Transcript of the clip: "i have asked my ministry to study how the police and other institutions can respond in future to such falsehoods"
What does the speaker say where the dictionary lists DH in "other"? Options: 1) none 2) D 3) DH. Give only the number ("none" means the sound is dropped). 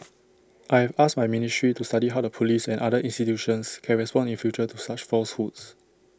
1